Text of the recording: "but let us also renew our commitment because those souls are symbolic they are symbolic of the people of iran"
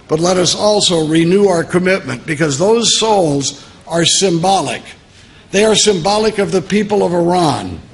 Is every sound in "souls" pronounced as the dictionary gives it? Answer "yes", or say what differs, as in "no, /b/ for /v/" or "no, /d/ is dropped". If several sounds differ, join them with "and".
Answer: yes